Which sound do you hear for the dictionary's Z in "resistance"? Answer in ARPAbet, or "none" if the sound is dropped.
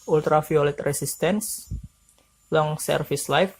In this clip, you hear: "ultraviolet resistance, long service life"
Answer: S